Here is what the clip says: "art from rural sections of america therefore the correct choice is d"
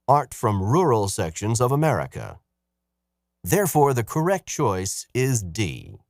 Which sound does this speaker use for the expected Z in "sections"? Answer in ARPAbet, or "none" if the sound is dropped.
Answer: Z